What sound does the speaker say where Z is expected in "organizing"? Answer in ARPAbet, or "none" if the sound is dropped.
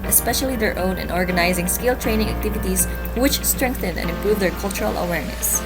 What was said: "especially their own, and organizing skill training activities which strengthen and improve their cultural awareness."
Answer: Z